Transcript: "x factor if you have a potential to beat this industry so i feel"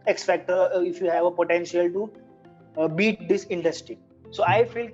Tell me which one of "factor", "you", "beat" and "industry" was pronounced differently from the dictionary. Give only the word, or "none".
factor